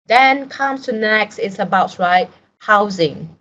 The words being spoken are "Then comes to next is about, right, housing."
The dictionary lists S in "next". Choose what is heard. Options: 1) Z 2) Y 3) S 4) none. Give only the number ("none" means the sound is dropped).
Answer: 3